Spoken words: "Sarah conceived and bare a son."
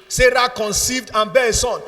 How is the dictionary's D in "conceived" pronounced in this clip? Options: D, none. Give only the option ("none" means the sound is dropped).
D